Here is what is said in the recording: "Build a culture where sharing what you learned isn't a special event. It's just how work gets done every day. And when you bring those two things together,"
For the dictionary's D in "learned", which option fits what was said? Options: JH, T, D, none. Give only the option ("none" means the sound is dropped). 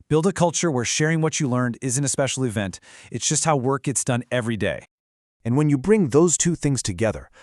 D